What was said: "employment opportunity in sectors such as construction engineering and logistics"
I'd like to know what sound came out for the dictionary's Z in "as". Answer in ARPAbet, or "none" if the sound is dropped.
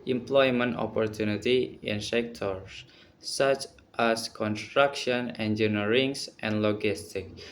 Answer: S